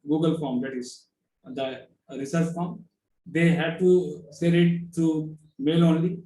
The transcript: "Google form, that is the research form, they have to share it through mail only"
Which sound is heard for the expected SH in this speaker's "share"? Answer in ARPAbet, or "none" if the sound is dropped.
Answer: S